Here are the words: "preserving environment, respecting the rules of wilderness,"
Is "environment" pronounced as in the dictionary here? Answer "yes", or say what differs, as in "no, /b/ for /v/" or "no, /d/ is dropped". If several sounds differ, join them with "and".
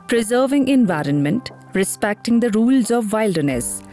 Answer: yes